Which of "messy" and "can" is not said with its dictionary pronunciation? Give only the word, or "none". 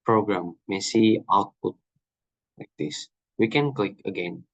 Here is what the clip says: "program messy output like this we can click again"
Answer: none